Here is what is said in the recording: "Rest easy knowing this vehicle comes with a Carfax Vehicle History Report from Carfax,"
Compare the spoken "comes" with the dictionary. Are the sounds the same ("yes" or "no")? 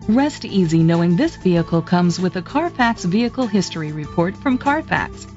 yes